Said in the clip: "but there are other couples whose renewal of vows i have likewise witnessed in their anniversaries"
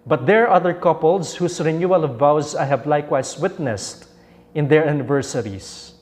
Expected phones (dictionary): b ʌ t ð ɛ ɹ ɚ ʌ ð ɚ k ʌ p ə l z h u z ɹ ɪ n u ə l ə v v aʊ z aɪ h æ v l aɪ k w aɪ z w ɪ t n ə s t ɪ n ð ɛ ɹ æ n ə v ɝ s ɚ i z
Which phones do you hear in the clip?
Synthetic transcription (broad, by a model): b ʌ t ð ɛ ɹ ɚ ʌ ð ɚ k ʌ p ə l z h u s ɹ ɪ n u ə l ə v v aʊ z aɪ h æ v l aɪ k w aɪ s w ɪ t n ə s t ɪ n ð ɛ ɹ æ n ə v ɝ s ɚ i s